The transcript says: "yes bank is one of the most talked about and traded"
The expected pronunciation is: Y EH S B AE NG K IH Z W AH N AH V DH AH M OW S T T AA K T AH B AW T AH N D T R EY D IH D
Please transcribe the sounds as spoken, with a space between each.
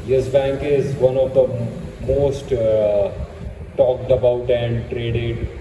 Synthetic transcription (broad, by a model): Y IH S B AE NG K IH Z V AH N AH V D AH M OW S T T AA K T AH B AW T AH N D T R EY D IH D